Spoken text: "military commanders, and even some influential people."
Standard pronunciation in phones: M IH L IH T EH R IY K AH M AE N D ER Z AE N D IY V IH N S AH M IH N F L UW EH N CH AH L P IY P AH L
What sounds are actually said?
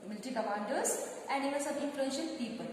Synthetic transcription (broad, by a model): M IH L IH T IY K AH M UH N D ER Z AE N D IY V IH L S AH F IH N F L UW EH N SH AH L P IY P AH L